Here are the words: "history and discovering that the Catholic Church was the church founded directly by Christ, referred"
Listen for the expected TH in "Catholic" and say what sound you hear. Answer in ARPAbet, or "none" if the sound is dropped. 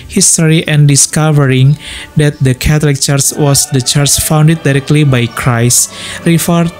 T